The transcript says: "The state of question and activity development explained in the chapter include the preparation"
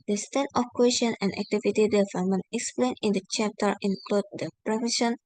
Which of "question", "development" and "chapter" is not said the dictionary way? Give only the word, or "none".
development